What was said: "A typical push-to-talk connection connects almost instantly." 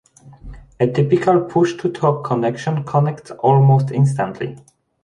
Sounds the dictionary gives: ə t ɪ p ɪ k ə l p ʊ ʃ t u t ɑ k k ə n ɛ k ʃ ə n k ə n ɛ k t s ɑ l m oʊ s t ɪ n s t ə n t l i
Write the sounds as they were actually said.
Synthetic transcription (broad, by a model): ə t ɪ p ɪ k ə l p ʊ ʃ t u t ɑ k k ə n ɛ k ʃ ə n k ə n ɛ k t s ɑ l m oʊ s t ɪ n s t ə n t l i